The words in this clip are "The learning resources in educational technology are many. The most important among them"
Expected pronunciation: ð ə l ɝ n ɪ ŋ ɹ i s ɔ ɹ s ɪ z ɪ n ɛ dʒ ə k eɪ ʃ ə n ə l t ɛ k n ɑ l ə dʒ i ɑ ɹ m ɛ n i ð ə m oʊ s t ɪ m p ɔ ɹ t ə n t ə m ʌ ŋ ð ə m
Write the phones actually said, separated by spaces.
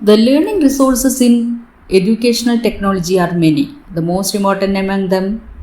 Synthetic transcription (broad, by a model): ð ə l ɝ n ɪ ŋ ɹ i s ɔ ɹ s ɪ s ɪ n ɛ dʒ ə k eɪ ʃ ə n ə l t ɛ k n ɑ l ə dʒ i ɑ ɹ m ɛ n i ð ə m oʊ s t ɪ m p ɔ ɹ t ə n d ə m ʌ ŋ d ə m